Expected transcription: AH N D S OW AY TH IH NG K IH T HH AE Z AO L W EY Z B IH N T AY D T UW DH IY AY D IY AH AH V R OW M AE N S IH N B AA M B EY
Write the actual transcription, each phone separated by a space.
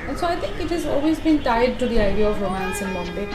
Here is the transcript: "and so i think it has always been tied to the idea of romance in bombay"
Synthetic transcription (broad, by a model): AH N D S OW AY T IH NG K IH T HH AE Z AO L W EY Z B IH N T AY D T UW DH IY AY D IY AH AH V R OW M AE N S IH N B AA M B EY